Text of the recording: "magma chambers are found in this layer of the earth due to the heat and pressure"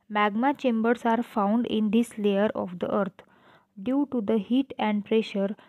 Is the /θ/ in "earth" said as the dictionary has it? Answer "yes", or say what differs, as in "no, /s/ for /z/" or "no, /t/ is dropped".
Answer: no, /t/ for /θ/